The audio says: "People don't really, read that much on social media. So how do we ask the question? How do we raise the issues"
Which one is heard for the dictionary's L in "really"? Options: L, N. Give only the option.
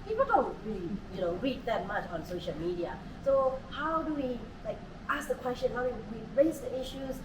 N